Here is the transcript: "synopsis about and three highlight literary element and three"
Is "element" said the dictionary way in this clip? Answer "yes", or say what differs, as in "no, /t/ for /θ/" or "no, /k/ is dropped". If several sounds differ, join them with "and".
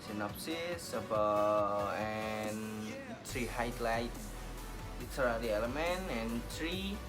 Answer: no, /t/ is dropped